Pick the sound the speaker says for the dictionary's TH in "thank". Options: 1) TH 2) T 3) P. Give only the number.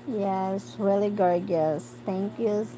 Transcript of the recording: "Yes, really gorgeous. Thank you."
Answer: 2